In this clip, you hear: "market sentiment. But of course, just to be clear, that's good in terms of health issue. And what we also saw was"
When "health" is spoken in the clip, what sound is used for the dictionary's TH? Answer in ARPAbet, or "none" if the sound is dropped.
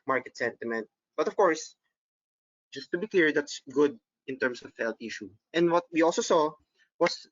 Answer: T